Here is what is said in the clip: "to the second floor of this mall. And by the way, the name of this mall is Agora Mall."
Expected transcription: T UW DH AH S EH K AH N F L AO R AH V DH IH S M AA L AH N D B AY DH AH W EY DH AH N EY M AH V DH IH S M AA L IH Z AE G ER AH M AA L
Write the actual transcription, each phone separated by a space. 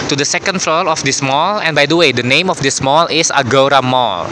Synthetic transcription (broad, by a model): T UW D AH S EH K AH N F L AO L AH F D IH S M AA L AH N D B AY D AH W EY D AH N EY M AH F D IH S M AA L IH S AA G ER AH M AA L